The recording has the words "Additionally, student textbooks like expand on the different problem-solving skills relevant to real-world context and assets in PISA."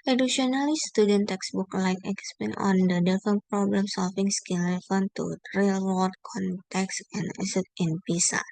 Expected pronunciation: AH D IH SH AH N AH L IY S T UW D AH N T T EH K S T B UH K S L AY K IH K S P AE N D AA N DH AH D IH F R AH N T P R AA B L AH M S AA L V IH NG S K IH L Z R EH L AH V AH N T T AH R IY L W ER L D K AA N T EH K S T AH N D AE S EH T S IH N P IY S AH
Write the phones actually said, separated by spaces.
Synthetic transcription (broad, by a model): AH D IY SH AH N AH L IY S T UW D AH N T T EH K S B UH K L AY K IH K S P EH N AA N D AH D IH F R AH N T P R AA B L AH M S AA L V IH NG S K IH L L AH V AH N T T R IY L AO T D K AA N T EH K S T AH N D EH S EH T IH N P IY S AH